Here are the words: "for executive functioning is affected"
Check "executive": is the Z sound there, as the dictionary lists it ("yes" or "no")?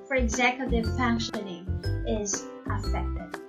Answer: yes